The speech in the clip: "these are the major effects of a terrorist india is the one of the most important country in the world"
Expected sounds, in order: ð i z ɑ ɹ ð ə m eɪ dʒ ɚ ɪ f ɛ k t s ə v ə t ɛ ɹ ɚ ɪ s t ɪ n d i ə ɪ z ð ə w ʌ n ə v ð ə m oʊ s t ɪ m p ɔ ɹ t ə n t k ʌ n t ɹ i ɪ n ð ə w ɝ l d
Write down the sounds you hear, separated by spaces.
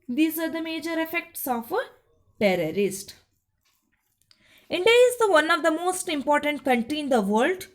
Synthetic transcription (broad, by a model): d i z ɑ ɹ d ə m eɪ dʒ ɚ ɪ f ɛ k t s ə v ə t ɛ ɹ ɚ ɪ s t ɪ n d i ə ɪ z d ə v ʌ n ə v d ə m oʊ s t ɪ m p ɔ ɹ t ə n t k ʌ n t i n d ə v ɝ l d